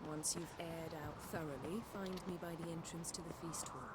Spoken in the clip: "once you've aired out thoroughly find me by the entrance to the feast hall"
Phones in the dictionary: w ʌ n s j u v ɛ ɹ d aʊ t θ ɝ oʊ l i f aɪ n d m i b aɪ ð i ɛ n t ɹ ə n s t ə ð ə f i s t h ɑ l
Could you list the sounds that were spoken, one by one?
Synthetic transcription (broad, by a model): w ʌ n s j u v ɛ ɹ d aʊ t θ ɝ oʊ l i f aɪ n d m i b aɪ ð i ɛ n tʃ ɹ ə n s t ə ð ə f i s t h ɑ